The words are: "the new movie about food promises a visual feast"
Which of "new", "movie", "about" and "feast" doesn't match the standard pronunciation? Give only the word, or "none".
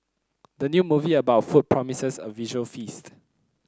none